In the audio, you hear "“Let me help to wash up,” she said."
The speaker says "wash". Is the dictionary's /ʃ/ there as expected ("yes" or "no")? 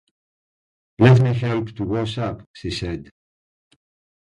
no